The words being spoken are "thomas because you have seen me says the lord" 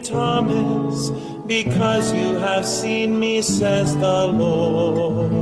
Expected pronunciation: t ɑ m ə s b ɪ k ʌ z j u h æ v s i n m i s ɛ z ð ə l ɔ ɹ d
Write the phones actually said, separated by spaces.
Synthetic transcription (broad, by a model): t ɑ m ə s b ɪ k ʌ z j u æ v s i n m i s ɛ z ð ə l ɔ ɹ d